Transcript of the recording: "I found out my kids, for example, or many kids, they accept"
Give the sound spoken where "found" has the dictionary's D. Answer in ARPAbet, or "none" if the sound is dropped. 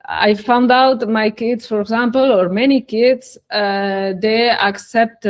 D